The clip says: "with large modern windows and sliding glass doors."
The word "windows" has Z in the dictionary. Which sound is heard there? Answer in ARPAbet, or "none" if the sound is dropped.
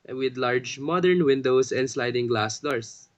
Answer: S